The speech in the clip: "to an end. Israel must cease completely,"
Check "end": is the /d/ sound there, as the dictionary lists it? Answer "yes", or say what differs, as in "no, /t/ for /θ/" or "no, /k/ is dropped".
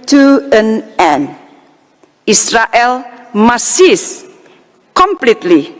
no, /d/ is dropped